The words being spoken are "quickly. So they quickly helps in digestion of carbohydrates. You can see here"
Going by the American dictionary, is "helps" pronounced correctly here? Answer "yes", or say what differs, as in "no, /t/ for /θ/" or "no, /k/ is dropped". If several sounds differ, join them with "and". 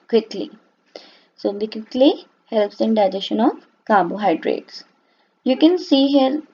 yes